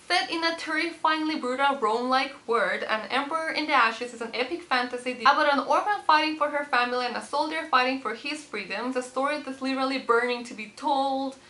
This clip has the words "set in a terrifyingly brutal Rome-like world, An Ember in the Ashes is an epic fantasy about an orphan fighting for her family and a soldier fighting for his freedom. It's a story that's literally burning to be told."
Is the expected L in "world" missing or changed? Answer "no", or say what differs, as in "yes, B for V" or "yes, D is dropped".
yes, L is dropped